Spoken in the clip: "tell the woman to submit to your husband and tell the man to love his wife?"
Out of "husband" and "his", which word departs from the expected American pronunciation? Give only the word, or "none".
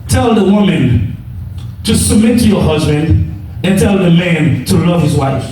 none